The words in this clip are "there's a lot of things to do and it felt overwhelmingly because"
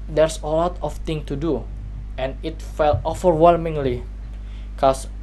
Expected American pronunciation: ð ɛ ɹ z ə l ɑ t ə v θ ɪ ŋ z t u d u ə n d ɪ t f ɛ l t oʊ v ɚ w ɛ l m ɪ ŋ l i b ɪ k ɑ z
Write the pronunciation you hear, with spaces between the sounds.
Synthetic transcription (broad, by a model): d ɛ ɹ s ə l ɑ t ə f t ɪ ŋ t u d u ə n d ɪ t f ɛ l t oʊ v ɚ w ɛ l m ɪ ŋ l i k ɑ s